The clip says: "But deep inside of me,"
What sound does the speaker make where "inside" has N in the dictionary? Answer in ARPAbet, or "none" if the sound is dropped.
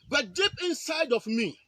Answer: N